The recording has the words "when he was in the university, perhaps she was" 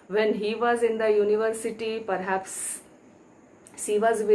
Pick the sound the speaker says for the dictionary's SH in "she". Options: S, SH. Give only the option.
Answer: S